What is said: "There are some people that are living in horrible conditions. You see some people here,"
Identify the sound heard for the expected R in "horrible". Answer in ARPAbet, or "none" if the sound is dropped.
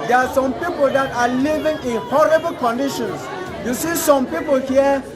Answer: R